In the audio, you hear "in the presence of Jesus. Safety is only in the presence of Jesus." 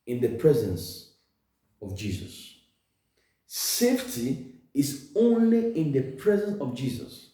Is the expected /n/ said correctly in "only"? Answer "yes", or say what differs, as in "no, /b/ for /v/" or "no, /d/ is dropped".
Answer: yes